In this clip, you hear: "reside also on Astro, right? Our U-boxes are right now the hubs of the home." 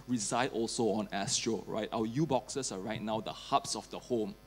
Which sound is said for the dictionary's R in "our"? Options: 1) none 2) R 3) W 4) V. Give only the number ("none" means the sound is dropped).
3